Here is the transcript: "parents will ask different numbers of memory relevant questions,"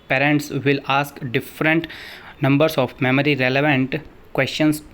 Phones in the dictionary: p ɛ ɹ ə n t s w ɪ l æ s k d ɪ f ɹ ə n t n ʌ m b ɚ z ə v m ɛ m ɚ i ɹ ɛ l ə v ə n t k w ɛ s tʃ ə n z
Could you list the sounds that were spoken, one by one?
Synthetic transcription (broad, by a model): p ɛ ɹ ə n t s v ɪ l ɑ s k d ɪ f ɹ ə n t n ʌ m b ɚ s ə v m ɛ m ɚ i ɹ ɛ l ə v ə n t k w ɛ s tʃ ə n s